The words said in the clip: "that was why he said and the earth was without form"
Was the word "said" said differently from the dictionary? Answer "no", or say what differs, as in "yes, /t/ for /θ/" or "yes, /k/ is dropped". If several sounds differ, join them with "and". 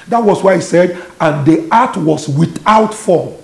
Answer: no